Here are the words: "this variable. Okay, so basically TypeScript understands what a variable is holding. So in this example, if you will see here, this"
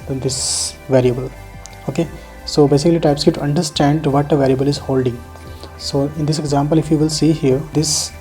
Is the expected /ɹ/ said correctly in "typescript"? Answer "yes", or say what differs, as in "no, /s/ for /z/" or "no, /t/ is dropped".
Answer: no, /ɹ/ is dropped